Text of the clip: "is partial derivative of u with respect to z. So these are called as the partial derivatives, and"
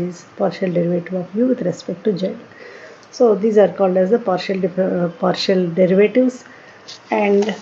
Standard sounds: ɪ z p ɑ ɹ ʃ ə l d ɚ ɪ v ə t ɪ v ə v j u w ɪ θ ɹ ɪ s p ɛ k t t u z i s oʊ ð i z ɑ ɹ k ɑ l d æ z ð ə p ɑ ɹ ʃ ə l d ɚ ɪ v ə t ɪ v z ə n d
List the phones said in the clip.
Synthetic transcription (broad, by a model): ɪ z p ɑ ɹ ʃ ə l d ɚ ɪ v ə t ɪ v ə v j u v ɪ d ɹ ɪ s p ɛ k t t u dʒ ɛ s oʊ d i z ɑ ɹ k ɑ l d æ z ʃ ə p ɑ ɹ ʃ ə l d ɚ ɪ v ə t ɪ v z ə n d